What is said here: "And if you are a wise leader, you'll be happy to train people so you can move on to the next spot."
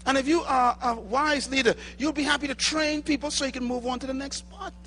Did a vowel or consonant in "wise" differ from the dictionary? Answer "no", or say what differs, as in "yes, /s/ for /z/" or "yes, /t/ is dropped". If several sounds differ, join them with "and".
no